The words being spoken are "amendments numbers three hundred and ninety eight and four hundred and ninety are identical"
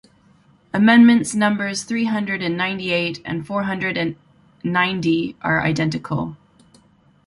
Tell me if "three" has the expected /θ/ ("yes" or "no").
yes